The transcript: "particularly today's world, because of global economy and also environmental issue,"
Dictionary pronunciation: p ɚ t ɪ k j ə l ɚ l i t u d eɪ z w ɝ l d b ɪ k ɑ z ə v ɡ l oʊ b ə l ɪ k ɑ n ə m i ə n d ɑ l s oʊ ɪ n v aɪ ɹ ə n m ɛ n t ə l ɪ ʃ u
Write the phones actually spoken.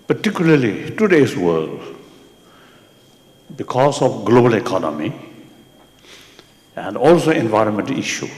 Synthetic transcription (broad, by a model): p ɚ t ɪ k j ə l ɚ l i t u d eɪ s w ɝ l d b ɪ k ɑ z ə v ɡ l oʊ b ə l ɪ k ɑ n ə m i ə n d ɑ l s oʊ ɪ n v aɪ ɹ ə n m ɛ n t ə l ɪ ʃ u